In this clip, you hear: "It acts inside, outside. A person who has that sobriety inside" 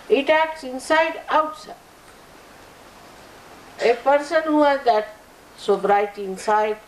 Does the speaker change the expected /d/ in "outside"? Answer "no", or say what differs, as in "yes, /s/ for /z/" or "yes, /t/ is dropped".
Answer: yes, /d/ is dropped